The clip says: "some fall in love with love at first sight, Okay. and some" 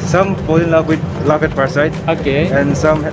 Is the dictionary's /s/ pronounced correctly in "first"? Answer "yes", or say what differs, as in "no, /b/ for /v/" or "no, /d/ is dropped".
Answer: no, /s/ is dropped